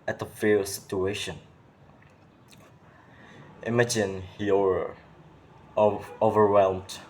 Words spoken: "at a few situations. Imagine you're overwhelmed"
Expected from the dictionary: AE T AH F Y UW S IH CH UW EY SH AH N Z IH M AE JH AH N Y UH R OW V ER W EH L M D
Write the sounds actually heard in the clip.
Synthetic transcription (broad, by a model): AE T AH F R S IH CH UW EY SH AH N IH M AE JH AH N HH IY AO OW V ER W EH L M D